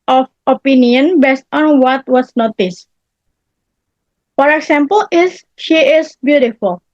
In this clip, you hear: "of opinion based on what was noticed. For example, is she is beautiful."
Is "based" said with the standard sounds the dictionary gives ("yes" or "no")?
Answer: yes